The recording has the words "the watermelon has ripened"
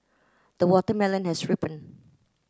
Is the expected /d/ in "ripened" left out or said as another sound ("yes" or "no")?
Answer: yes